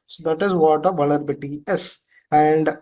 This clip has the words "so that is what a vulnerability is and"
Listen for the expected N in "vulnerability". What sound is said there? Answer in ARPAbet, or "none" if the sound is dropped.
none